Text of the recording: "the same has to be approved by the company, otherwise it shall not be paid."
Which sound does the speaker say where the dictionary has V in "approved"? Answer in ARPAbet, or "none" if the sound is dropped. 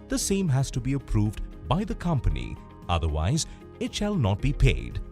V